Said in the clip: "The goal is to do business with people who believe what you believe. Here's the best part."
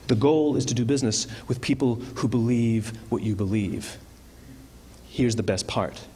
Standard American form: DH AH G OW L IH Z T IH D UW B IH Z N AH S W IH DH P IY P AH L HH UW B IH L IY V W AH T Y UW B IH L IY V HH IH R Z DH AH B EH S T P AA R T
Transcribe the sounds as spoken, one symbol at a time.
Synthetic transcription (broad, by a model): DH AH G OW L IH Z T IH D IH B IH Z N AH S W IH DH P IY P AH L HH UW B IH L IY V W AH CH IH B IH L IY V HH IH R Z DH AH B EH S P AA R T